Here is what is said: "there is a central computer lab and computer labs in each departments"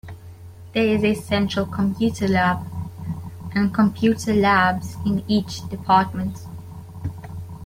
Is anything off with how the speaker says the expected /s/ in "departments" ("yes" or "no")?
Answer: yes